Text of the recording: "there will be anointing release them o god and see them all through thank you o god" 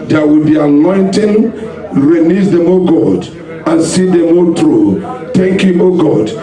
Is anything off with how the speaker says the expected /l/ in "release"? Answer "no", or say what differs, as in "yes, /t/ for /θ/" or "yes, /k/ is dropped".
yes, /n/ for /l/